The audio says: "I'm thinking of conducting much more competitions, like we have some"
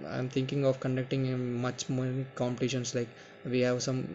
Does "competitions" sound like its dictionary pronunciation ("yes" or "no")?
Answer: no